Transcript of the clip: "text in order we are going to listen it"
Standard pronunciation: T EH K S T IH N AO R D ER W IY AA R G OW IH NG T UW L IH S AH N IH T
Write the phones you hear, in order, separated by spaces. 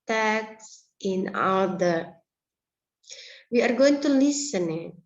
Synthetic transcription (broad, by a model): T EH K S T IH N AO L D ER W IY AA R G OW IH NG T UW L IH S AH N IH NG